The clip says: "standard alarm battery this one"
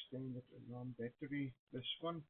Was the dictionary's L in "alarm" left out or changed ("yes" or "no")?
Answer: yes